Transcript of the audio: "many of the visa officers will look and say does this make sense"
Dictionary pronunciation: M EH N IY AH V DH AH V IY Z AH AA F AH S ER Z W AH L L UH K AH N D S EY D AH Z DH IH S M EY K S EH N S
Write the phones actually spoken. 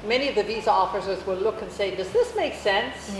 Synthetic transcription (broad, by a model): M EH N IY AH V DH AH V IY Z AH AA F AH S ER Z W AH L L UH K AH N S EY D AH Z DH IH S M EY K S EH N S